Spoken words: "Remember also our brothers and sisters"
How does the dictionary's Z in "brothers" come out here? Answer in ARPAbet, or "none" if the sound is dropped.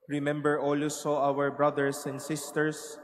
S